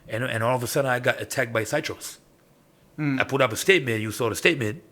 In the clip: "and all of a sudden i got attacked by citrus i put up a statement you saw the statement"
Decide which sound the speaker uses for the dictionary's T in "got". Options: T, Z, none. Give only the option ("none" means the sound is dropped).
T